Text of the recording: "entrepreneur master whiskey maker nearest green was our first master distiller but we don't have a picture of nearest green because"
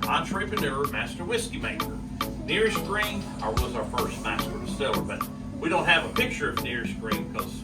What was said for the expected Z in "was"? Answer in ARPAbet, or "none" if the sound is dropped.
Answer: Z